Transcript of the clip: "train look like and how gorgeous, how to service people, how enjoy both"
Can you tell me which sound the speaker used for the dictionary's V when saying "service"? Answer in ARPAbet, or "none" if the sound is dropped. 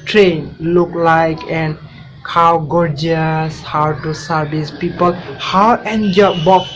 B